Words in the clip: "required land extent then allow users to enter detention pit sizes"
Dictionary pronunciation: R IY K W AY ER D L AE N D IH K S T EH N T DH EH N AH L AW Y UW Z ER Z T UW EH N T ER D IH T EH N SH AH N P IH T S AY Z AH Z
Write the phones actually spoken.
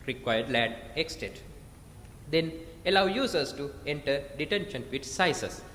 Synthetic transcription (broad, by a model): R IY K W AY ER D L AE D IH K S T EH T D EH N AH L AW Y UW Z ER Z T UW EH N T ER D IH T EH N SH AH N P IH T S AY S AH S